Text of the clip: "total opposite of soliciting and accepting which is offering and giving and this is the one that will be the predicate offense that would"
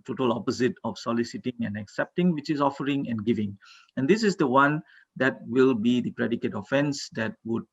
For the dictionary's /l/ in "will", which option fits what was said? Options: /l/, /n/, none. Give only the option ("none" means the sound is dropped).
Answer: /l/